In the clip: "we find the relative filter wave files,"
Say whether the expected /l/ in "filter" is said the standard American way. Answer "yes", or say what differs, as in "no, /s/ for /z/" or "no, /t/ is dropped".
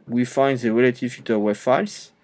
no, /l/ is dropped